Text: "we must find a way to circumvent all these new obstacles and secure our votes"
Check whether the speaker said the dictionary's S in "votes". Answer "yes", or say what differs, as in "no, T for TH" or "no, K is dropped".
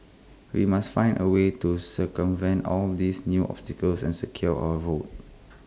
no, S is dropped